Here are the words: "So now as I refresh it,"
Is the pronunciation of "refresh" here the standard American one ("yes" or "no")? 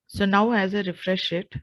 yes